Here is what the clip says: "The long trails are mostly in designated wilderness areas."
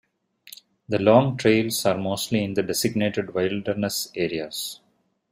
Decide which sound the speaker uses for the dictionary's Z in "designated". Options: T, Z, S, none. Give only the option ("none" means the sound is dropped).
S